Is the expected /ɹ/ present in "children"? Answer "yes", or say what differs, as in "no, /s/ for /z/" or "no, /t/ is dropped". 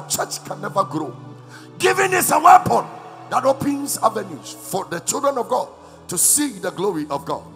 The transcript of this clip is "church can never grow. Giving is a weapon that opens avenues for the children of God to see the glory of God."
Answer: yes